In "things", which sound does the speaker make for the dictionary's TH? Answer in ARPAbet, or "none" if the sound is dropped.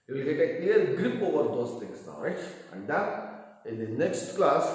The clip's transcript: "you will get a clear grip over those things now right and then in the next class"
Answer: T